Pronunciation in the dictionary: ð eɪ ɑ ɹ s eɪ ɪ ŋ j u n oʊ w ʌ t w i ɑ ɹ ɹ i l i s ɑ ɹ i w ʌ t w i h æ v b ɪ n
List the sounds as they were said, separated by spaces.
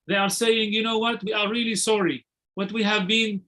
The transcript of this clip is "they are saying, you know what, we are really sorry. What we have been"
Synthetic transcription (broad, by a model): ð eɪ ɑ ɹ s eɪ ɪ ŋ j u n oʊ w ʌ t w i ɑ ɹ ɹ i l i s ɑ ɹ i w ʌ t w i h æ v b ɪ n